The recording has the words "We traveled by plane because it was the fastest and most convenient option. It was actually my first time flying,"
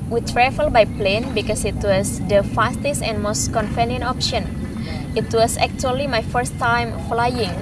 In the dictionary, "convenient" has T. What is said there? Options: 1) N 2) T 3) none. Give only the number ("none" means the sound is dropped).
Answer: 3